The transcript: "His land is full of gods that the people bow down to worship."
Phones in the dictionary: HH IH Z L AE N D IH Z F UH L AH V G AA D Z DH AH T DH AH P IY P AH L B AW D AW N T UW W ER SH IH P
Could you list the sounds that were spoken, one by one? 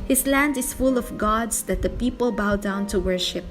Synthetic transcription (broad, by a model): HH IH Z L AE N D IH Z F UH L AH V G AA D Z DH AH T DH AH P IY P AH L B AW D AW N T UW W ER SH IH P